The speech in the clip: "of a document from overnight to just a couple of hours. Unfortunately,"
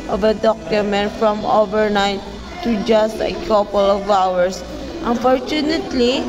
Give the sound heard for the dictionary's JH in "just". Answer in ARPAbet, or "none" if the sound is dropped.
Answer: JH